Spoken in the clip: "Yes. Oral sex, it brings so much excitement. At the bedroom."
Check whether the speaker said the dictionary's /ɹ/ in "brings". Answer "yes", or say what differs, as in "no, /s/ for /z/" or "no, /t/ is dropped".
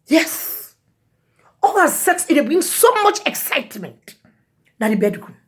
no, /ɹ/ is dropped